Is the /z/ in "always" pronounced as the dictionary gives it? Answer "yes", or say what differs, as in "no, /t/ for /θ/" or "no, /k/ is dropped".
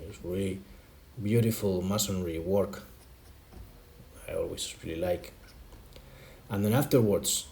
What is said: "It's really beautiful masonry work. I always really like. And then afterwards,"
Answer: no, /s/ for /z/